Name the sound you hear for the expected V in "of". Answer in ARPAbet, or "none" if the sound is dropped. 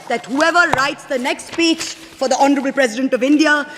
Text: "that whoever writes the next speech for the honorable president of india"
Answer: V